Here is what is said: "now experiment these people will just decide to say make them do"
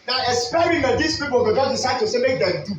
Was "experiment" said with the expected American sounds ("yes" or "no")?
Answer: no